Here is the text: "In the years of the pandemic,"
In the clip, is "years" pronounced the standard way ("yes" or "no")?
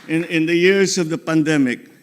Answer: no